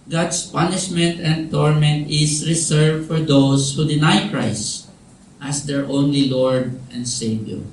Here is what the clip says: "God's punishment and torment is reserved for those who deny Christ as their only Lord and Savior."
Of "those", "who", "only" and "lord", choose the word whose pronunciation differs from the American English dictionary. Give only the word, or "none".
those